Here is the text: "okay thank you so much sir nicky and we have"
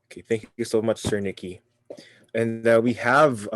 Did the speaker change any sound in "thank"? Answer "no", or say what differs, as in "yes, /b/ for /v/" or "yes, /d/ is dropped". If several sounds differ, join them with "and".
no